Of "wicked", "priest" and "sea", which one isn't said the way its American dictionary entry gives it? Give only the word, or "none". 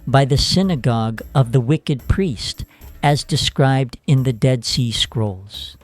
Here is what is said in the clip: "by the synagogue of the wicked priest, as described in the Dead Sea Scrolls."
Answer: none